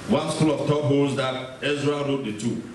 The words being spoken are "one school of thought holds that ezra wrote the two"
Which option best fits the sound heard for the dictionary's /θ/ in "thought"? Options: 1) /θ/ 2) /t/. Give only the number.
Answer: 2